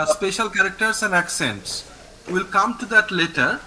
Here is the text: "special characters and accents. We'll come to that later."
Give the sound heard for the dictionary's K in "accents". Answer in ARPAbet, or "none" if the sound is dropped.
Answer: K